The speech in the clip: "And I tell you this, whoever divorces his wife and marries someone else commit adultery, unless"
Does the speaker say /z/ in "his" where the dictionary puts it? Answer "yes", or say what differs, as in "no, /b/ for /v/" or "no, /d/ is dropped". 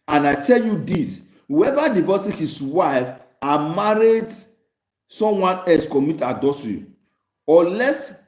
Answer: no, /s/ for /z/